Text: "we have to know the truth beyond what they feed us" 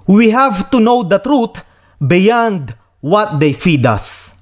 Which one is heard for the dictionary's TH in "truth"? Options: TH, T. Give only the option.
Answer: T